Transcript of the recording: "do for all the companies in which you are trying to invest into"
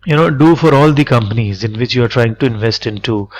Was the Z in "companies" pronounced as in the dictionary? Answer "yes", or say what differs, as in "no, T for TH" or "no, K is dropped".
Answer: yes